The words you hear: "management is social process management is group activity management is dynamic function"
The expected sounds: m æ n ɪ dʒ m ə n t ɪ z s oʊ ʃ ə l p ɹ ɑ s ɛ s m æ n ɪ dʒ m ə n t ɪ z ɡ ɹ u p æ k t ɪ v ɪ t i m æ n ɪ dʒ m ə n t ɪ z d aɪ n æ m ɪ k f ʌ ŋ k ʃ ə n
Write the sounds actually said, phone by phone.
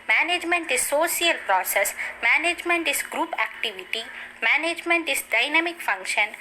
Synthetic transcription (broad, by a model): m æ n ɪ dʒ m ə n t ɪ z s oʊ s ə l p ɹ ɑ s ɛ s m æ n ɪ dʒ m ə n t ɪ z ɡ ɹ u p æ k t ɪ v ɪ t i m æ n ɪ dʒ m ə n t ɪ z d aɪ n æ m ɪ k f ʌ ŋ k ʃ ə n